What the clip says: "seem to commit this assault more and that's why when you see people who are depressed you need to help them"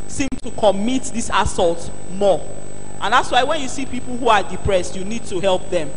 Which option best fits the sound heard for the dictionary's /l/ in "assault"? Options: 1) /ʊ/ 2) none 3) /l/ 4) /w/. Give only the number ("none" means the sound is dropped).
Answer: 3